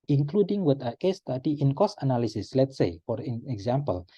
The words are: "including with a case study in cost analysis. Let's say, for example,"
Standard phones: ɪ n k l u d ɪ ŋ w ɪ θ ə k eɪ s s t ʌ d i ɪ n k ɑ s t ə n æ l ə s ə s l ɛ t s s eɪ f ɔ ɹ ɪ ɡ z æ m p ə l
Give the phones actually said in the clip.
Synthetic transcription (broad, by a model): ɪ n k l u d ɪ ŋ w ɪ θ ə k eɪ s s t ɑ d i ɪ n k ɑ s ə n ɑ l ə s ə s l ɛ t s s eɪ f ɔ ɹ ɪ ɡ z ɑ m p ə l